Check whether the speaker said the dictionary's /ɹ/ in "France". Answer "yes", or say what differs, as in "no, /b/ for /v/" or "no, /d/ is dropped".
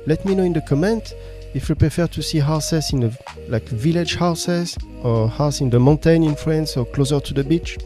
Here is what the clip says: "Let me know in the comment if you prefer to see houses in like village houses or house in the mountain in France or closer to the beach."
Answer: no, /l/ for /ɹ/